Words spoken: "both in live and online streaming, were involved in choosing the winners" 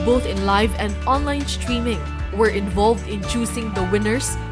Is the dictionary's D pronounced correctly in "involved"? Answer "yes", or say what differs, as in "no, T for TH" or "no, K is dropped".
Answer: yes